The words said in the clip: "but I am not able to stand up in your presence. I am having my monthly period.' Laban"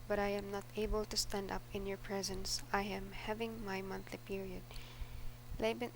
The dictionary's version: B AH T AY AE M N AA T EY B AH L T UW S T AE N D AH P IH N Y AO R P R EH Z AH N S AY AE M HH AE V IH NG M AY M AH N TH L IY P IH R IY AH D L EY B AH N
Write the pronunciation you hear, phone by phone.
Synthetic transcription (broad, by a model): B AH T AY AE M N AA T EY B AH L T UW S T AE N D AH P IH N Y AO R P R EH Z AH N S AY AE M HH AE V IH NG M AY M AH N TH L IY P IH R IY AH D L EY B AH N